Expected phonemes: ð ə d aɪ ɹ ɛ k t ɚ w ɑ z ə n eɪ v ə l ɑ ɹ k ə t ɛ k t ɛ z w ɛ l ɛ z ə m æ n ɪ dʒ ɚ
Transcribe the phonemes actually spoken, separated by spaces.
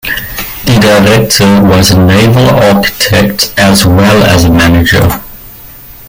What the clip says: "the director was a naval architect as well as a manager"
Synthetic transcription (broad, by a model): ð ə d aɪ ɹ ɛ k t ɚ w ɑ z ə n eɪ v ə l ɑ k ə t ɛ k t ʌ z w ɛ l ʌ z ə m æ n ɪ dʒ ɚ